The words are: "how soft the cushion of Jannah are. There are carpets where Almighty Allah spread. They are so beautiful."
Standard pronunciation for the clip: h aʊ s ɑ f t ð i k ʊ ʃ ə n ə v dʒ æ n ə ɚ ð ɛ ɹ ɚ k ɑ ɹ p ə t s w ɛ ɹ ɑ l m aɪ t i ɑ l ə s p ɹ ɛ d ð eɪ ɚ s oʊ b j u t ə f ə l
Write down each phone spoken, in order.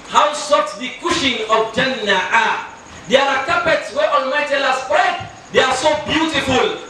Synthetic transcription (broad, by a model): h aʊ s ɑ t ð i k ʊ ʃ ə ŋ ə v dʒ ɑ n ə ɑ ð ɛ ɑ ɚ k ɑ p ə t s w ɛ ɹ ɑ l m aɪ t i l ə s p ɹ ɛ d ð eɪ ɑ s oʊ b j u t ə f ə l